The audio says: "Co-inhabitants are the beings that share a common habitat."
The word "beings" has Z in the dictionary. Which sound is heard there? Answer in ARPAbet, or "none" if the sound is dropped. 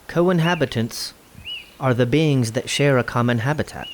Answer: Z